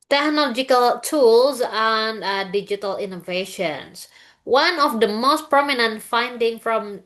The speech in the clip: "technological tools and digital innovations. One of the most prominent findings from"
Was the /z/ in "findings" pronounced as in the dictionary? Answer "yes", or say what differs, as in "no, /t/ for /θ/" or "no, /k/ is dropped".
no, /z/ is dropped